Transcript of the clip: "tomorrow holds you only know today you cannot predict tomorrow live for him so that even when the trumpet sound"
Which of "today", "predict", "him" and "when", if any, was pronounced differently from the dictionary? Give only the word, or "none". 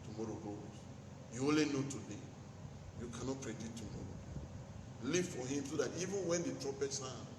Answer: predict